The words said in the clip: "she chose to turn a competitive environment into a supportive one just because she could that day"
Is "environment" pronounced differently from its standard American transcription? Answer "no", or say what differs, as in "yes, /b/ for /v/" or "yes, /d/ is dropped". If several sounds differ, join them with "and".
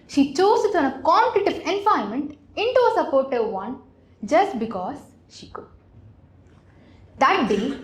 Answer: yes, /ɹ/ is dropped and /n/ is dropped